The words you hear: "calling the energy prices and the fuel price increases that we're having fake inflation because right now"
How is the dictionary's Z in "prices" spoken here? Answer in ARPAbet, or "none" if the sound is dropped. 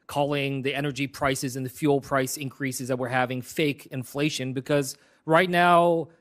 Z